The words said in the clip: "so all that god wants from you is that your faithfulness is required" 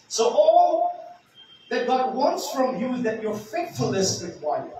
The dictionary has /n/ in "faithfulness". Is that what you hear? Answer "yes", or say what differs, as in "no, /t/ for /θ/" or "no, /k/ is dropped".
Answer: no, /n/ is dropped